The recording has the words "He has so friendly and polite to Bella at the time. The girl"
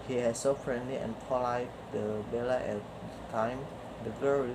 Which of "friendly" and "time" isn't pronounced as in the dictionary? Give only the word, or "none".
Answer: none